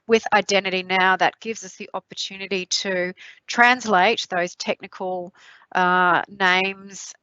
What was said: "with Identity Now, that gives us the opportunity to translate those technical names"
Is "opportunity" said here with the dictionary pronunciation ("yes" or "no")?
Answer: yes